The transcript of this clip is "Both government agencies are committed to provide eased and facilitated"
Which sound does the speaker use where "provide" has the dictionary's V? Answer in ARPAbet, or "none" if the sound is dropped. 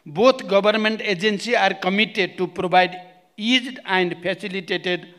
B